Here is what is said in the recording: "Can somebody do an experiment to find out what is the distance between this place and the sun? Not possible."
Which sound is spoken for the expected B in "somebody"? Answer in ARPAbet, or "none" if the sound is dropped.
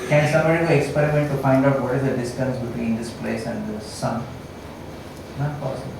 none